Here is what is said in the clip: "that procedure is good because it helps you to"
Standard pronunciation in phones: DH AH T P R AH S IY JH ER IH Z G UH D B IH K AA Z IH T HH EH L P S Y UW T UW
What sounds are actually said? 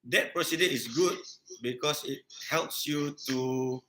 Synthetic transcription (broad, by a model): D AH T P R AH S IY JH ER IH S G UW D B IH K AA S IH T HH EH L P S Y UW T UW